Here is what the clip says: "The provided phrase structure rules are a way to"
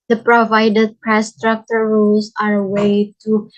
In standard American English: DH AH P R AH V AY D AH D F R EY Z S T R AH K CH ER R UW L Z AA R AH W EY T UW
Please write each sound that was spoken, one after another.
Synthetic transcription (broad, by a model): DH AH P R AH V AY D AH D P R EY S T R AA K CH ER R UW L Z AA R AH W EY T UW